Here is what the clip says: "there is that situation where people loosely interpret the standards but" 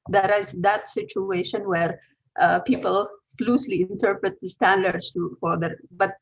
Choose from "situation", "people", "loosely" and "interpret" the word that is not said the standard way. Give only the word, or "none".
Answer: none